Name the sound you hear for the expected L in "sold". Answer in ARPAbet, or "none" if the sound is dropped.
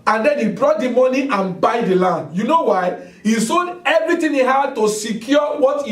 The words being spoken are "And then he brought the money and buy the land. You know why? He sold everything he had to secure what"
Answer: N